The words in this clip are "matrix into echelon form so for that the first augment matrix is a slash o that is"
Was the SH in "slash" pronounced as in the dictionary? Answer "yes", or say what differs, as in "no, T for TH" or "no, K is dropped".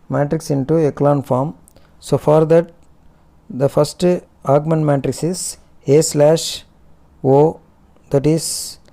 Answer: yes